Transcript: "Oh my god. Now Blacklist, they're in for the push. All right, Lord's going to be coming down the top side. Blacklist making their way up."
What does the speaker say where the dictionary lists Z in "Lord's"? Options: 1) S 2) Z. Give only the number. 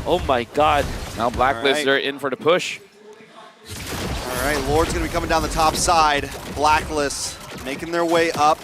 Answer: 2